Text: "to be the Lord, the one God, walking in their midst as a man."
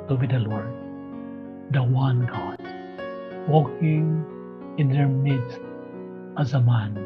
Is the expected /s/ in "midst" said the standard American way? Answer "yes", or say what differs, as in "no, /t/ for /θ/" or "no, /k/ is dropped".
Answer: no, /s/ is dropped